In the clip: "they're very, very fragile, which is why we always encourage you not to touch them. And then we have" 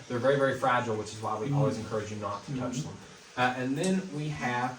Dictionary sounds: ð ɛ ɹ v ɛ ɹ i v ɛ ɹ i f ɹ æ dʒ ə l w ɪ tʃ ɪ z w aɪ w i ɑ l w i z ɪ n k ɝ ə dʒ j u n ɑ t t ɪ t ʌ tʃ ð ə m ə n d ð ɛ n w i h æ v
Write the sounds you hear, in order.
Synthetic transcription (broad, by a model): ð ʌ ɹ v ɛ ɹ i v ɛ ɹ i f ɹ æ dʒ l w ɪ tʃ ɪ z w aɪ w i ɑ l w i z ɪ n k ɝ ə dʒ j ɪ n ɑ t t ɪ t ʌ tʃ ð ə m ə n ð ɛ n w i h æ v